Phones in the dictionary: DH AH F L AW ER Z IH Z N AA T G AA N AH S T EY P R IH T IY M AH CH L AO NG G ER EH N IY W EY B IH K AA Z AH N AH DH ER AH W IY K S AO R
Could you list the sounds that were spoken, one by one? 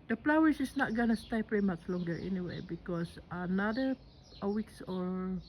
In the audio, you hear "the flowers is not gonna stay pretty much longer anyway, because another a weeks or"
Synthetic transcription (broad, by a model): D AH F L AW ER S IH S N AA T G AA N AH S T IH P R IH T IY M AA CH L AO NG G ER EH N IY W EY B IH K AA S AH N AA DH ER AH W IY K S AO R